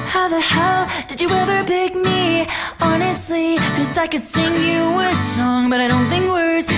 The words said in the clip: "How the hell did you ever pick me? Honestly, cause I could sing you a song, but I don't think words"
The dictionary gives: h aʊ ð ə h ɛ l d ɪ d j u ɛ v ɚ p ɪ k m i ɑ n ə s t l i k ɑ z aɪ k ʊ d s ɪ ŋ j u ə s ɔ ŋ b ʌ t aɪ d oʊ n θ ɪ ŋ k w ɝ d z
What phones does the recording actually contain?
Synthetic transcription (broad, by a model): h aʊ ð ə h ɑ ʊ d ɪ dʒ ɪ ɛ v ɚ b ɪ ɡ m i ɑ n ə s t l i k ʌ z aɪ k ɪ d s ɪ ŋ j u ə s ɔ ŋ b ʌ t aɪ d oʊ n θ ɪ ŋ k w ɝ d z